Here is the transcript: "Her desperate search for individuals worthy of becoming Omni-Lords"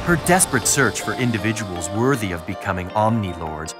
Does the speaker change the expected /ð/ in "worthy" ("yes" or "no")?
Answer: no